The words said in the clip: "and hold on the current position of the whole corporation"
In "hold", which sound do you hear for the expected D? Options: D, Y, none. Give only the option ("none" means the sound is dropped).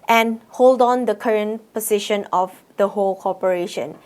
D